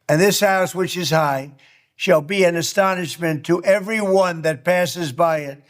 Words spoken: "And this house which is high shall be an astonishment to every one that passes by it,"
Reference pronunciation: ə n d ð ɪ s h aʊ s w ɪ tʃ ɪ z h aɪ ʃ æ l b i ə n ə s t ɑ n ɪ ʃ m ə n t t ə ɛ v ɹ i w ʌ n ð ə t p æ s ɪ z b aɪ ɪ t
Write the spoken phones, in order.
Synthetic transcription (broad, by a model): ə n ð ɪ s h aʊ s w ɪ tʃ ɪ z h aɪ ʃ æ l b i ə n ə s t ɑ n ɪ ʃ m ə n t t ɛ v ɹ i w ʌ n ð ə t p æ s ɪ z b aɪ ɪ t